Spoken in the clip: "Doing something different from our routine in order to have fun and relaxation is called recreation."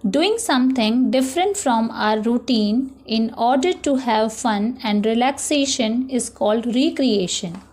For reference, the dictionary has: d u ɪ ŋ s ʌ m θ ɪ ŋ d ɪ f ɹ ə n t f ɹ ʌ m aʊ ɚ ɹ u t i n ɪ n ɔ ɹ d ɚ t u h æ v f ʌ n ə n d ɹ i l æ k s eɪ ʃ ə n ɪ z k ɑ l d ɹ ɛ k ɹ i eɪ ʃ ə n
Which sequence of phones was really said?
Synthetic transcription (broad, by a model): d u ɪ ŋ s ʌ m t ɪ ŋ d ɪ f ɹ ə n t f ɹ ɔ m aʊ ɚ ɹ u t i n ɪ n ɔ ɹ d ɚ t u h æ v f ʌ n ə n d ɹ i l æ k s eɪ ʃ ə n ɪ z k ɑ l d ɹ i k ɹ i eɪ ʃ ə n